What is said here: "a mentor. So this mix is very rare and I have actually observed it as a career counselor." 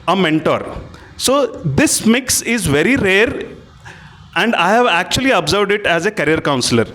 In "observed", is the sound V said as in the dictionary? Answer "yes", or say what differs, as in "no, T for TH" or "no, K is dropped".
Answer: yes